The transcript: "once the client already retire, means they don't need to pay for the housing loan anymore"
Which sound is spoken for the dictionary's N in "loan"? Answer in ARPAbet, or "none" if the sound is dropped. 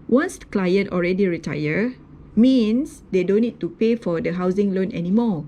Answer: N